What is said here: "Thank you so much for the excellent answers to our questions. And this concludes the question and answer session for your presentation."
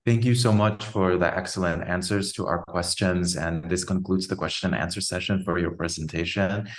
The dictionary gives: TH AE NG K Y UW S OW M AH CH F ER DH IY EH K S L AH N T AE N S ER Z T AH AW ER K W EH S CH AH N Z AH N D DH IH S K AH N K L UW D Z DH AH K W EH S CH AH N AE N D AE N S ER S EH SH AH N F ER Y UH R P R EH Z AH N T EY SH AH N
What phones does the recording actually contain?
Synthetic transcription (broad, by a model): TH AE NG K Y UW S OW M AH CH F ER DH IY EH K S L AH N T AE N S ER Z T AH AW ER K W EH S CH AH N Z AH N DH IH S K AH N K L UW D Z DH AH K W EH S CH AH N N AE N S ER S EH SH AH N F ER Y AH R P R EH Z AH N T EY SH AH N